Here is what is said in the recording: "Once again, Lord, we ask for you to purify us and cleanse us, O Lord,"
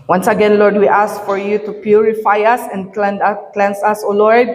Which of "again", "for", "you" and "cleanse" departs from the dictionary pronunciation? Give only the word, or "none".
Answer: cleanse